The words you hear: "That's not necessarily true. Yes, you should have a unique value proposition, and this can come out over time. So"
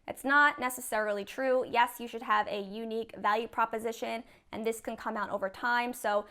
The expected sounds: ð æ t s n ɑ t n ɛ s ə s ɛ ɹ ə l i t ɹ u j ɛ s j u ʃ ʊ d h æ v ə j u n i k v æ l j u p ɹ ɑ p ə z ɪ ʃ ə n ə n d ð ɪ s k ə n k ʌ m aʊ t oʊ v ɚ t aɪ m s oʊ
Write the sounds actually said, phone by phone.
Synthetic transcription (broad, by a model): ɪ t s n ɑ t n ɛ s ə s ɛ ɹ l i t ɹ u j ɛ s j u ʃ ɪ d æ v ə j u n i k v æ l j u p ɹ ɑ p ə z ɪ ʃ ə n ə n ð ɪ s k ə n k ʌ m aʊ t oʊ v ɚ t aɪ m s oʊ